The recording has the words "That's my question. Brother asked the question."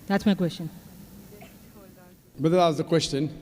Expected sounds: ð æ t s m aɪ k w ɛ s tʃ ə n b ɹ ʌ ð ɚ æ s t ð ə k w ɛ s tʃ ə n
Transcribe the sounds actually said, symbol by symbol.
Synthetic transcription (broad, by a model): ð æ t s m aɪ k w ɛ s tʃ ə n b ʌ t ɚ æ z ð ə k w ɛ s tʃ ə n